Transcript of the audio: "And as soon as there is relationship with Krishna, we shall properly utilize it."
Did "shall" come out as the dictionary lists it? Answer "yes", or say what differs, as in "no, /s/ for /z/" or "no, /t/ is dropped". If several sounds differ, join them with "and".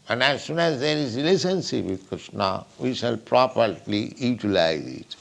yes